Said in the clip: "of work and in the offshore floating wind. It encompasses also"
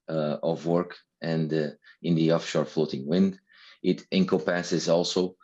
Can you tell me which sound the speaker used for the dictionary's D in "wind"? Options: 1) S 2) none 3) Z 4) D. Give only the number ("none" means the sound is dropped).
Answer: 4